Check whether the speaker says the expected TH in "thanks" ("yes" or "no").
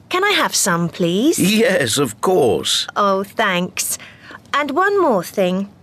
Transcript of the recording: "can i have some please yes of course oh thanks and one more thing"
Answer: yes